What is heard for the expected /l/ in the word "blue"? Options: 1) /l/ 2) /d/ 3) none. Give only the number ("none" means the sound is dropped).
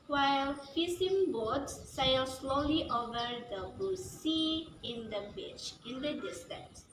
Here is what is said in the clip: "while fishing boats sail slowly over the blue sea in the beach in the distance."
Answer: 3